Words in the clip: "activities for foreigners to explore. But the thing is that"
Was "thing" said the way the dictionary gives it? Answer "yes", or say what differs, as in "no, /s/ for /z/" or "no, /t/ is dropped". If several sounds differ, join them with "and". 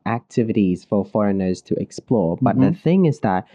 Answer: yes